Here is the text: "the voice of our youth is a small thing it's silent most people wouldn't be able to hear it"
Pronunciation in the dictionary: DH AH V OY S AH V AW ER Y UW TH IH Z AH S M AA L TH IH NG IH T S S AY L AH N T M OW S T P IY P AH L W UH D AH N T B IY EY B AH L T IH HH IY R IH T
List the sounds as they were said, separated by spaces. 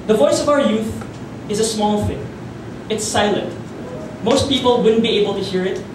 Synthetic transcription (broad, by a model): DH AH V OY S AH V AW ER Y UW TH IH Z AH S M AA L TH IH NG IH T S S AY L AH N T M OW S T P IY P AH L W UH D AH N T B IY EY B AH L T IH HH IY R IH T